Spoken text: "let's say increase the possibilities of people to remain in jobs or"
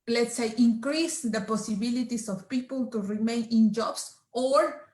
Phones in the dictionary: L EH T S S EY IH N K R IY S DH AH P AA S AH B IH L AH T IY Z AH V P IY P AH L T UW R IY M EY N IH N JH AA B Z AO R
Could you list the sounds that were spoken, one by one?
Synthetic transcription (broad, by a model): L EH T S S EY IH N K R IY S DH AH P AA S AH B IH L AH T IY S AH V P IY P AH L T UW R IY M EY N IH N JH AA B S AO R